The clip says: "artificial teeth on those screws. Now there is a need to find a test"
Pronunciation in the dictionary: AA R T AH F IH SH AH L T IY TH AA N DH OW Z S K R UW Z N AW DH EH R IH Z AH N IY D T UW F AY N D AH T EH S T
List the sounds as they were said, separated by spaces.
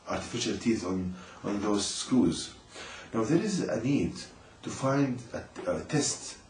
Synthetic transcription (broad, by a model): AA R T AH F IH SH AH L T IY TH AA N DH OW Z S K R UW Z N AW DH EH R IH Z AH N IY D T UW F AY N D AH T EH S T